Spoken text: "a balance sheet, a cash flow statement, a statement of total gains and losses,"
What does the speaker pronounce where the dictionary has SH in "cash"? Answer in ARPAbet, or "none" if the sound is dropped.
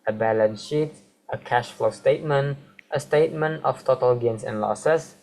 SH